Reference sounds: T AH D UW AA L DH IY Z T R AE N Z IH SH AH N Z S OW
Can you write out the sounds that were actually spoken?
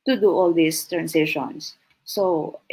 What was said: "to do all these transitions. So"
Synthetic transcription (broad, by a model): T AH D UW AA L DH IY S T R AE N S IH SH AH N S OW